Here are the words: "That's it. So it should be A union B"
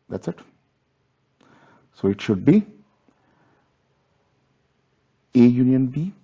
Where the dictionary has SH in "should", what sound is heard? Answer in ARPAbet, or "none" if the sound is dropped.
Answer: SH